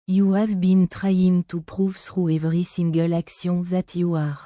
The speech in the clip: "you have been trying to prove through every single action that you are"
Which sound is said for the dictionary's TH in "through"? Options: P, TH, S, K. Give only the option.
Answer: S